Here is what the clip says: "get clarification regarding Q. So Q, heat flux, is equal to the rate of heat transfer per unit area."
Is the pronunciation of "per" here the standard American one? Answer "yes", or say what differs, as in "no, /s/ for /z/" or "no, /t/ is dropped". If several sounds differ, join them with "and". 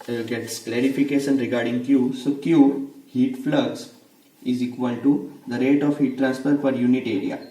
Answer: no, /f/ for /p/